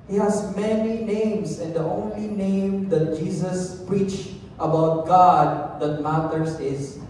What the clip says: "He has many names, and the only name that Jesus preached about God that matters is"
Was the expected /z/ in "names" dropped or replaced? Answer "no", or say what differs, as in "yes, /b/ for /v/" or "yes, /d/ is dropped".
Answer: yes, /s/ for /z/